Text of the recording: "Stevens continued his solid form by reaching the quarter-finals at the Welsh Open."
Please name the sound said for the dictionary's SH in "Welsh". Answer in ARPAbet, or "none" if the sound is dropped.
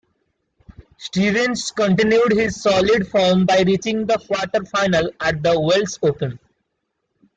S